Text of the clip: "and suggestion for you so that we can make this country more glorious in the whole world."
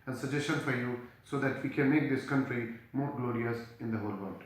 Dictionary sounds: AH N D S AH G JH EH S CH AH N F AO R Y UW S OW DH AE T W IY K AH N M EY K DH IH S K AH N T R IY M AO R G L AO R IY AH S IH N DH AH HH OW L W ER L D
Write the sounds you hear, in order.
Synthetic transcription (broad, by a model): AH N S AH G JH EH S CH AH N F AO R Y UW S OW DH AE T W IY K AH N M EY K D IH S K AH N T R IY M AO R G L AO R IY AH S IH N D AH HH OW L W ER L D